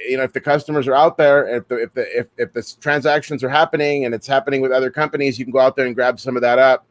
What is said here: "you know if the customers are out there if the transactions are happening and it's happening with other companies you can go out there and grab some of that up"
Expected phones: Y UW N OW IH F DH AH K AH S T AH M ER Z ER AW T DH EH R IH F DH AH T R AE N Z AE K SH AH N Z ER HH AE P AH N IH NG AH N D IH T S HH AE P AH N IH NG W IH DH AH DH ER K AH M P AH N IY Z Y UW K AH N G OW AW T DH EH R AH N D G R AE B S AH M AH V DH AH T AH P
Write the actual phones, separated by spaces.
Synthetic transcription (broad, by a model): Y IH N OW IH F DH AH K AH S T AH M ER Z ER AW T DH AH R IH F DH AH T R AE N Z AE K SH AH N Z ER HH AE P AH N IH NG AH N IH T S HH AE P AH N IH NG W IH DH AH DH ER K AH M P AH N IY Z Y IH K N G OW AW T DH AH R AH N G R AE B S AH M AH V DH AH T AH P